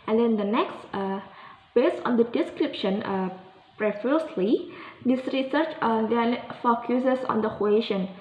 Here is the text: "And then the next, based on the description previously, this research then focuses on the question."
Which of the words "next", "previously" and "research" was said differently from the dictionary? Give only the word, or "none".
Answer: previously